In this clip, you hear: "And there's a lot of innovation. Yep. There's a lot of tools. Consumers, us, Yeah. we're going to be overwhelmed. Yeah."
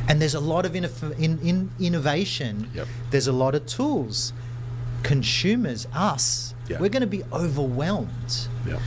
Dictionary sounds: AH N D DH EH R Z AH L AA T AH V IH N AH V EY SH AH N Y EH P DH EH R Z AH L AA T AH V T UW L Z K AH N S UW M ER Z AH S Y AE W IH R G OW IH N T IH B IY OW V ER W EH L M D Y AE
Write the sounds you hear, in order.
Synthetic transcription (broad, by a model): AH N DH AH R Z AH L AA T AH V IH N AH V EY SH AH N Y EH DH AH R Z AH L AA T AH V T UW L Z K AH N S UW M ER Z AH S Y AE W IH R G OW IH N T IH B IY OW V ER W EH L M D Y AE